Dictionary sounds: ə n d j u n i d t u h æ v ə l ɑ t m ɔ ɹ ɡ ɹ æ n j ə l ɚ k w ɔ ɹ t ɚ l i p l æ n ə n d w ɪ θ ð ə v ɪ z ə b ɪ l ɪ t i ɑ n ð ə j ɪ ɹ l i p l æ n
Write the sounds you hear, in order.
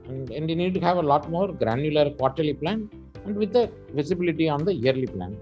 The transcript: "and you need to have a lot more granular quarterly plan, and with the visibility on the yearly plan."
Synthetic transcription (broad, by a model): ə n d j u n i d t u h æ v ə l ɑ t m ɔ ɹ ɡ ɹ æ n j ə l ɚ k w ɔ ɹ t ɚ l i p l æ n ə n d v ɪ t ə v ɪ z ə b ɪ l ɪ t i ɑ n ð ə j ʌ ɹ l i p l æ n